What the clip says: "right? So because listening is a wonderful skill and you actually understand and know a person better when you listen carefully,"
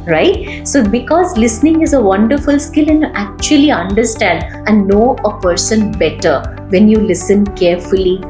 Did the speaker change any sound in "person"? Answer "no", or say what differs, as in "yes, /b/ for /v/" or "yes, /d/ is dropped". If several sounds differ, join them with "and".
no